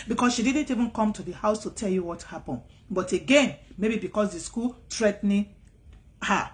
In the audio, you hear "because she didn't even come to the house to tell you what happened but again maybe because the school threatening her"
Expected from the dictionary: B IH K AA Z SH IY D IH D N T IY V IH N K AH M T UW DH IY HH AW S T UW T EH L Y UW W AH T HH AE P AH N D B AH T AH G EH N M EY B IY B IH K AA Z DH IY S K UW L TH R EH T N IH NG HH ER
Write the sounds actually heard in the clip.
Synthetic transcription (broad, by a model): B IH K AA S SH IY D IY D N T IY V IH N K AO M T UW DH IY HH AW S T UW T EH L Y UW W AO T HH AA P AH N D B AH T AH G EH N M EY B IY B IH K AA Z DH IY S K UW L T R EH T N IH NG HH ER